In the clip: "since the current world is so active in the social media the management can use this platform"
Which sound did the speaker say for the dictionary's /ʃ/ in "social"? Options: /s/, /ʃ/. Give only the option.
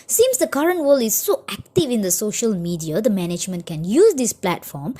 /ʃ/